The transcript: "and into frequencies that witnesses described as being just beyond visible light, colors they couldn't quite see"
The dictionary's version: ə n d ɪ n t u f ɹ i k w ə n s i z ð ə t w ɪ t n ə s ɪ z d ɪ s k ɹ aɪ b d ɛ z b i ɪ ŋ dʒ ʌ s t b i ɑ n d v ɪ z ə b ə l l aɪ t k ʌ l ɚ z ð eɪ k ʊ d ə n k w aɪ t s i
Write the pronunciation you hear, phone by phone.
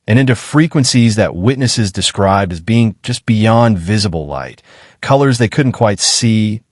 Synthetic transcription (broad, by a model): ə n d ɪ n t u f ɹ i k w ə n s i z ð ə t w ɪ t n ə s ɪ z d ɪ s k ɹ aɪ b d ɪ z b i ɪ ŋ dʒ ʌ s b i ɑ n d v ɪ z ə b l l aɪ t k ʌ l ɚ z ð eɪ k ʊ d n k w aɪ t s i